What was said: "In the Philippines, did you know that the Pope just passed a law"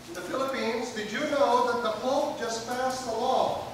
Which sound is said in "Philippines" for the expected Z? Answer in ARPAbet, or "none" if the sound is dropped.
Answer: Z